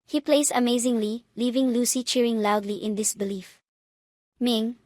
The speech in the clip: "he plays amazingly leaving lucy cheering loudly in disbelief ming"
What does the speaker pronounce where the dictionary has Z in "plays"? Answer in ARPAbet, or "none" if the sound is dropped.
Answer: S